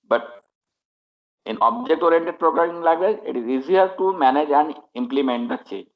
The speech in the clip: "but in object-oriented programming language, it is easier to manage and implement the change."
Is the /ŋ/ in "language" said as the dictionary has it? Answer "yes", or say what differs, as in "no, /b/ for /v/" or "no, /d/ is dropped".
no, /ŋ/ is dropped